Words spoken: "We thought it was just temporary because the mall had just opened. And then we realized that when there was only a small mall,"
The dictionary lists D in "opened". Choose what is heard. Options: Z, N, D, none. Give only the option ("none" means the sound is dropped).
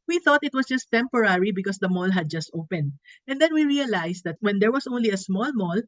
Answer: D